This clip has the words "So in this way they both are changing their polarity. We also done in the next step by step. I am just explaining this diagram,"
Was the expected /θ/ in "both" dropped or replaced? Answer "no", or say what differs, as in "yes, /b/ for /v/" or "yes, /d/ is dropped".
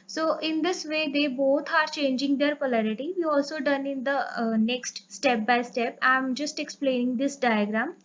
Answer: yes, /t/ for /θ/